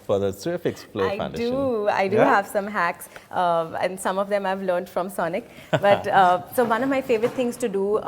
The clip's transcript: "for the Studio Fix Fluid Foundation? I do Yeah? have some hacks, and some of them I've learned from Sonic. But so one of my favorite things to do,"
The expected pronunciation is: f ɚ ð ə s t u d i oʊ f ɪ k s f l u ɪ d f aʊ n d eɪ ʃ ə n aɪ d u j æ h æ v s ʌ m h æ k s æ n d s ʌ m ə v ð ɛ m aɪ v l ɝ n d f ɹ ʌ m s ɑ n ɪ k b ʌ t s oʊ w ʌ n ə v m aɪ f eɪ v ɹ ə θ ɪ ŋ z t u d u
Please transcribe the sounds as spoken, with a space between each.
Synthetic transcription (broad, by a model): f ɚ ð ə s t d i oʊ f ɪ k s p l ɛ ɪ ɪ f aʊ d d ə aɪ d u h æ v s ʌ m h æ k s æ n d s ʌ m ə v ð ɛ m aɪ v l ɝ n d f ɹ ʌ m s ɑ n ɪ k b ʌ t s oʊ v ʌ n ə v m aɪ f eɪ v ɹ ə t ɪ ŋ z t u d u